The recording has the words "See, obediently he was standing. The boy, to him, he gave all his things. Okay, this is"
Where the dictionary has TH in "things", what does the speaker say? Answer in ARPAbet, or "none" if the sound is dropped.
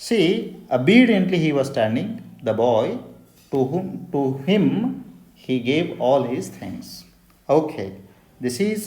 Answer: T